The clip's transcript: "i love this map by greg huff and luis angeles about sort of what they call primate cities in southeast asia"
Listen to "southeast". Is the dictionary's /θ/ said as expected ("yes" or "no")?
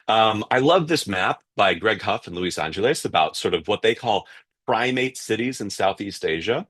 yes